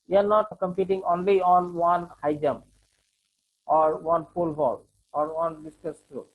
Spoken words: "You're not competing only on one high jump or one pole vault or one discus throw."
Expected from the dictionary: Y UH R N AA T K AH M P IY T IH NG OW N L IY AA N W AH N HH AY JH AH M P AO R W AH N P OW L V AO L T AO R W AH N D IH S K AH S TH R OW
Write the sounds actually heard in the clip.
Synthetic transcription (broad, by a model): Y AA R N AA T K AH M P IY T IH NG OW N L IY AA N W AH N HH AY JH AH M AO R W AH N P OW L B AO L AO R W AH N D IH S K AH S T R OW